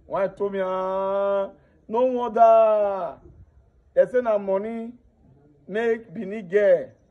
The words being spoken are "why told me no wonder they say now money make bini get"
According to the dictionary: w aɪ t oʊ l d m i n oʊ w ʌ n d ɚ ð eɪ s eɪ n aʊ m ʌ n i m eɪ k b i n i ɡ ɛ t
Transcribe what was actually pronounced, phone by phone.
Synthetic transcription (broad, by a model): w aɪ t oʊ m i n oʊ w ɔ d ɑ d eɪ s eɪ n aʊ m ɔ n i m eɪ k b i n i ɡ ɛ